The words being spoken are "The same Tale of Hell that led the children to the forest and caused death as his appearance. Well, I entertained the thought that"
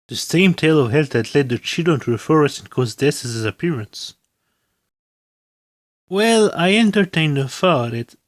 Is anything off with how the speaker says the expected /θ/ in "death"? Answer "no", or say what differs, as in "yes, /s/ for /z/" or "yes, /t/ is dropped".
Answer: yes, /s/ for /θ/